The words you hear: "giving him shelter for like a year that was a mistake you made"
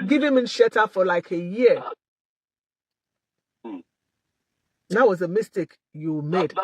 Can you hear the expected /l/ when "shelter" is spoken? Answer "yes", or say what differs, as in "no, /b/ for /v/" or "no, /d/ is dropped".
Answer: no, /l/ is dropped